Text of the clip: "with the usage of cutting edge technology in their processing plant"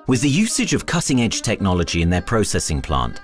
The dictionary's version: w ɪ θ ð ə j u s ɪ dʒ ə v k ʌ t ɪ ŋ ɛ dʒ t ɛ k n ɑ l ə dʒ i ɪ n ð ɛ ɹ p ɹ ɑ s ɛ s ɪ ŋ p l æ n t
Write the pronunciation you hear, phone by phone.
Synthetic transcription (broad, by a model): w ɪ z ð ə j u s ɪ dʒ ə v k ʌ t ɪ ŋ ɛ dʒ t ɛ k n ɑ l ə dʒ i ɪ n ð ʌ p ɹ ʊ s ɛ s ɪ ŋ p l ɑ n t